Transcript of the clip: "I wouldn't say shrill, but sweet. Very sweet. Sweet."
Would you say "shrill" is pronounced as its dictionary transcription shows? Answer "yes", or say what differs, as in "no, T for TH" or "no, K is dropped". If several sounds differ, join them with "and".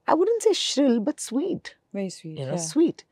yes